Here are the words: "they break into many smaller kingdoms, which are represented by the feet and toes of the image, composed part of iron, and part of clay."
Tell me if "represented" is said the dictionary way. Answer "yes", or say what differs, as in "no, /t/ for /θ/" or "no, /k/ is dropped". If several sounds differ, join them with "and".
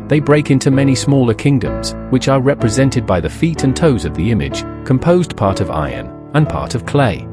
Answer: yes